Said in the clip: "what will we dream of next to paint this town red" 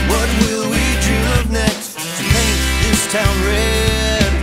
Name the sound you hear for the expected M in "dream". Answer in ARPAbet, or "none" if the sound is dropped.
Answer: none